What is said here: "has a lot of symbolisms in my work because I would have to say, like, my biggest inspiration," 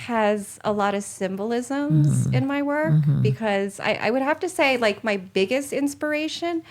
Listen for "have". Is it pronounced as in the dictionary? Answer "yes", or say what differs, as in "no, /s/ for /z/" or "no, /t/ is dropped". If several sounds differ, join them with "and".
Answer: no, /f/ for /v/